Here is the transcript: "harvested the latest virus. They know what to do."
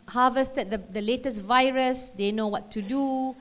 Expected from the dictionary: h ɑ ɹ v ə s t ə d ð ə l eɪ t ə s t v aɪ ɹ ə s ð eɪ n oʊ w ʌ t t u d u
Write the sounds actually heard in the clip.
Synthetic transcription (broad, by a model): h ɑ v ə s t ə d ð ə l eɪ t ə s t v aɪ ɹ ə s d eɪ n oʊ w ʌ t t u d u